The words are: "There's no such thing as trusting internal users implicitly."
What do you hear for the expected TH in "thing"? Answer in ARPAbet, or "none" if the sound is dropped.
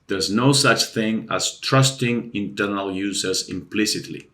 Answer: TH